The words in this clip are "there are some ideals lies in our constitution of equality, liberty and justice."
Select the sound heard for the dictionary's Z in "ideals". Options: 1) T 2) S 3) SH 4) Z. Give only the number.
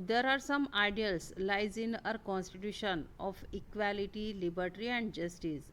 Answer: 2